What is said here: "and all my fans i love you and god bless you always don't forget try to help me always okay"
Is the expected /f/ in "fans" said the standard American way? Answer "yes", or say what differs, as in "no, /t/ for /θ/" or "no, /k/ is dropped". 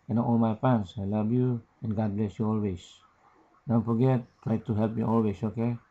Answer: no, /p/ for /f/